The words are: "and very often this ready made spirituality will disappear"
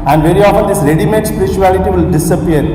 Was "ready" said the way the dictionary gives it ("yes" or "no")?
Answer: no